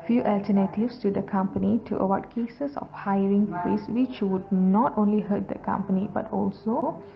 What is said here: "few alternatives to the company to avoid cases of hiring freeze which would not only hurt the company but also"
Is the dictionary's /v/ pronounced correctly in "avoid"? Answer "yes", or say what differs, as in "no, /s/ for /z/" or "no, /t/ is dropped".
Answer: no, /w/ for /v/